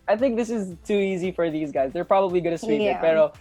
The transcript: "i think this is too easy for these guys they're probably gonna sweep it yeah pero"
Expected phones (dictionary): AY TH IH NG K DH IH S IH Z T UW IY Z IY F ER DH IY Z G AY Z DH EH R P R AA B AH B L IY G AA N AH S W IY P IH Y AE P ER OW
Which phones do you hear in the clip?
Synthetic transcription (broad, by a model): AY TH IH NG K DH IH S IH Z T UW IY Z IY F ER DH IY Z G AY Z DH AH R P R AA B AH B L IY G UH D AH S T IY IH IH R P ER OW